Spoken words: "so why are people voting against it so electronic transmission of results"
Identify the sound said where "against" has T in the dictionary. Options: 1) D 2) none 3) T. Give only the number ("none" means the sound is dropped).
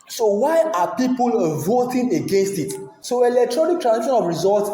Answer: 3